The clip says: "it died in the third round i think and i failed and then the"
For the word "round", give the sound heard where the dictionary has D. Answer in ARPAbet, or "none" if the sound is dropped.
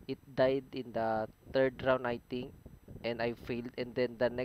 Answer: none